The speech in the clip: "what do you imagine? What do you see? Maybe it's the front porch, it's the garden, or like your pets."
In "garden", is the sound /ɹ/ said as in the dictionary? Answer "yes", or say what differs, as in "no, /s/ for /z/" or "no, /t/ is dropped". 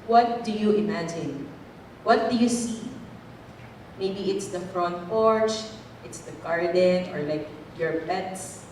yes